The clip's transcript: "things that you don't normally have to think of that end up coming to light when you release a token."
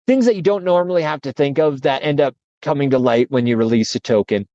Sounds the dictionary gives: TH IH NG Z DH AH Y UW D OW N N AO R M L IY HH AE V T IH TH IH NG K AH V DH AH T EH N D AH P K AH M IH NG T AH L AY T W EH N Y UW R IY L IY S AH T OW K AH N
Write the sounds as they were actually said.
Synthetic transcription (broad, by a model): TH IH NG Z DH AH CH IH D OW N N AO R M L IY HH AE F T IH TH IH NG K AH V DH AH T EH N D AH P K AH M IH NG T AH L AY T W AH N Y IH R IY L IY S AH T OW K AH N